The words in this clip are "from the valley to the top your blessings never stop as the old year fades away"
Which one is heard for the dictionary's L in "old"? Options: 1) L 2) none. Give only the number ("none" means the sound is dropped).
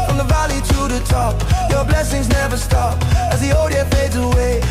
2